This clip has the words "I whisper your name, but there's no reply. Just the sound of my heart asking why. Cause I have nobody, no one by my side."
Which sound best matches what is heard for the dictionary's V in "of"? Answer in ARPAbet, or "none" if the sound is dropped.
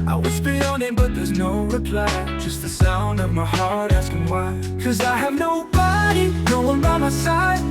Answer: V